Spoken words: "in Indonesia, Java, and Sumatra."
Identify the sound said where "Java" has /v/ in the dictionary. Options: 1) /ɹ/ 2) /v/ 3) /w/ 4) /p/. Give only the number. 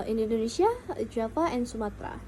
4